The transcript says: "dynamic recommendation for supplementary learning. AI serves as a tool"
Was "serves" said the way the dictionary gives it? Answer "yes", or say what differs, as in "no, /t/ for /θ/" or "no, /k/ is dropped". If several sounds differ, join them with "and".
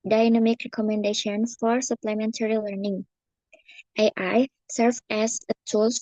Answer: no, /z/ is dropped